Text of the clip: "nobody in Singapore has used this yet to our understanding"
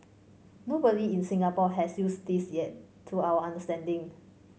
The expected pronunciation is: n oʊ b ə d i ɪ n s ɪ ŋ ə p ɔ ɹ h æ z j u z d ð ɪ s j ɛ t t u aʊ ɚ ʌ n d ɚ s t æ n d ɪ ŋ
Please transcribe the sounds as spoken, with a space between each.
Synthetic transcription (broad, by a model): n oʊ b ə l i ɪ n s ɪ ŋ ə p ɔ h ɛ s j u s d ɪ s j ɛ t t u aʊ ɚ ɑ n d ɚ s t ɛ n d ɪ ŋ